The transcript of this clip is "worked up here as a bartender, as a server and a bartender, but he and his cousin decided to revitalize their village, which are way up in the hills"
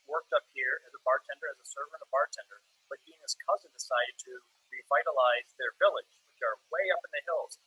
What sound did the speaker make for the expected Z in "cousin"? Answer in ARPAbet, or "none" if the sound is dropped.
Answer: Z